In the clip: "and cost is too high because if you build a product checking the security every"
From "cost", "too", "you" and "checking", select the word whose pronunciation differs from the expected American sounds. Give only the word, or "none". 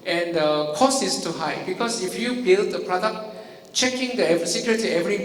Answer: cost